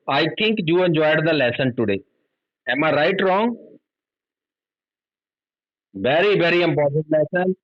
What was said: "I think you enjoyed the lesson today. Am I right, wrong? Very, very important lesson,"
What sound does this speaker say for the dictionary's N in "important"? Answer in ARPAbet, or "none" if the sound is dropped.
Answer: none